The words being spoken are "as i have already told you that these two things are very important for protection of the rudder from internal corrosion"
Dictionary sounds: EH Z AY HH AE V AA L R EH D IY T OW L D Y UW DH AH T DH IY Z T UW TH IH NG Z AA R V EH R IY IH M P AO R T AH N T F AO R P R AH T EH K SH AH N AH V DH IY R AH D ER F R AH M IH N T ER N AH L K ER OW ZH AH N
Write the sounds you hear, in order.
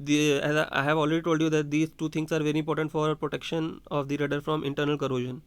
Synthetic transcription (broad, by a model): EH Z AY HH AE V AA L R EH D IY T OW L D Y UW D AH T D IY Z T UW T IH NG S AA R V EH R IY IH M P AO R T AH N T F AO R P R AH T EH K SH AH N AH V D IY R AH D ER F R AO M IH N T ER N AH L K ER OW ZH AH N